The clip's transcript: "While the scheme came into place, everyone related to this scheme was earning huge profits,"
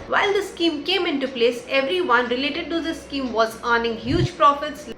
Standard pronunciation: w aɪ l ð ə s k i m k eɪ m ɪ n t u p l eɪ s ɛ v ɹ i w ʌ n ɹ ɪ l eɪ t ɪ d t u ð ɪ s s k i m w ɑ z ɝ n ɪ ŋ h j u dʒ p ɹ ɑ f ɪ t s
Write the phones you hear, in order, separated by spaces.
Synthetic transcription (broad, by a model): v aɪ l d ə s k i m k eɪ m ɪ n t u p l eɪ s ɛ v ɹ i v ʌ n ɹ ɪ l eɪ t ɪ d t u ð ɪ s s k i m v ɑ z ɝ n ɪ ŋ h j u dʒ p ɹ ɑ f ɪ t s